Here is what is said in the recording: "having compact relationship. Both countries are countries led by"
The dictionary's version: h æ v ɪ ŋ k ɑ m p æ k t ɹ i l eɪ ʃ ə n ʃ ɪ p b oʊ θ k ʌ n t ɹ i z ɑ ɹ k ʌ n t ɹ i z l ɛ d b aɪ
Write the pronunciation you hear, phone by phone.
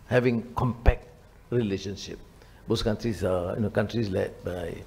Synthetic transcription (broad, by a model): h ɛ v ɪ ŋ k ɑ m p æ k t ɹ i l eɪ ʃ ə n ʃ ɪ p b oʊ s k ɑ n t ɹ i s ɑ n k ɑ n t ɹ i s l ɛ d b aɪ